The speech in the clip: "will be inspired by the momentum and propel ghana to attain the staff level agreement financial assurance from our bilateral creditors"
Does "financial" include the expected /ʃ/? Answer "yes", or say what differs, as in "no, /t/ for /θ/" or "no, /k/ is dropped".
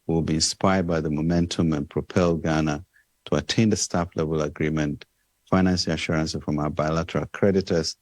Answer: no, /s/ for /ʃ/